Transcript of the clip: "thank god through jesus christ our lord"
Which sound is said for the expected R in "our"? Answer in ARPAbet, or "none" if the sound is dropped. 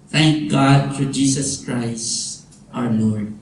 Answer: W